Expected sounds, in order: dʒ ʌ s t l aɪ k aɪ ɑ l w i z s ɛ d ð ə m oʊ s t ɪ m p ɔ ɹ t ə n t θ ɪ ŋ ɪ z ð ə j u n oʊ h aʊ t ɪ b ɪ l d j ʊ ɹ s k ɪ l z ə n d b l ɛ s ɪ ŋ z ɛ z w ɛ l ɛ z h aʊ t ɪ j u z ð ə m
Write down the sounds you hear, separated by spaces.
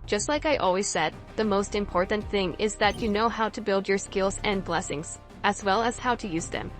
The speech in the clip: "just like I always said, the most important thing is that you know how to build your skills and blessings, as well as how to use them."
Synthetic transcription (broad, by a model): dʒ ʌ s t l aɪ k aɪ ɑ l w i z s ɛ d ð ə m oʊ s t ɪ m p ɔ ɹ t n θ ɪ ŋ ɪ z ð ə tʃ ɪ n oʊ h aʊ t ɪ b ɪ l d j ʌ ɹ s k ɪ l z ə n b l ɛ s ɪ ŋ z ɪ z w ɛ l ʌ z h aʊ t ɪ j u z ð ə m